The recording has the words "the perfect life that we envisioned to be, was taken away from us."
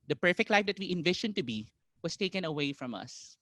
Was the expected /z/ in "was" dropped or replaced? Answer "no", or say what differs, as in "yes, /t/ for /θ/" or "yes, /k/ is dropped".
yes, /s/ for /z/